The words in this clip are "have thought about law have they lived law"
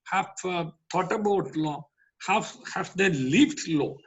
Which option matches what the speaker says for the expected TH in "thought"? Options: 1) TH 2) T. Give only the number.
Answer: 2